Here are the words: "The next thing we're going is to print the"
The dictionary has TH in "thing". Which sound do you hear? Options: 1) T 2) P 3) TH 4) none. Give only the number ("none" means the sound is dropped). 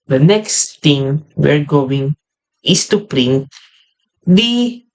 1